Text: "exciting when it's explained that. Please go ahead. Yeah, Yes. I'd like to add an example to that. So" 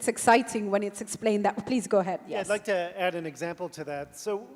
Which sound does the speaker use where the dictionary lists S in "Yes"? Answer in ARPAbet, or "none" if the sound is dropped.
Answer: none